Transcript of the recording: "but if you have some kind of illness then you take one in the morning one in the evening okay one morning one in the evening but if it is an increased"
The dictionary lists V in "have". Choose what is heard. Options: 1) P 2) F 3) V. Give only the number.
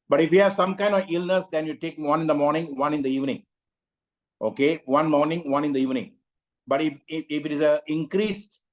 3